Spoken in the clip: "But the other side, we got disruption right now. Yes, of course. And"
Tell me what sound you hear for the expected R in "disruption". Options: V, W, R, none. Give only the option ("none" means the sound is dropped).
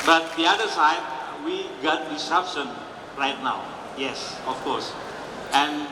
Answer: none